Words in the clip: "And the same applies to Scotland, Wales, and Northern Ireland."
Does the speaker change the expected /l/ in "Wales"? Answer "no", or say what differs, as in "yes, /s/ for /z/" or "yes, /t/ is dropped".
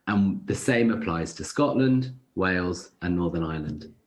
no